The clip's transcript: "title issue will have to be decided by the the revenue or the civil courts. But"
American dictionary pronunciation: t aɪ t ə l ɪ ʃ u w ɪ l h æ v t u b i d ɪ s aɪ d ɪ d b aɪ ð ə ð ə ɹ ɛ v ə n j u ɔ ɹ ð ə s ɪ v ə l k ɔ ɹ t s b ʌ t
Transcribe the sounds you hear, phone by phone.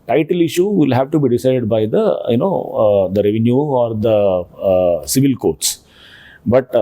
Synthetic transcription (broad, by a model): t aɪ t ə l ɪ ʃ u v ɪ l h æ v t u b i d ɪ s aɪ d ɪ d b aɪ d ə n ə ɹ ɛ v ə n j u ɔ ɹ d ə s ɪ v ə l k ɔ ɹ t s b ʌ t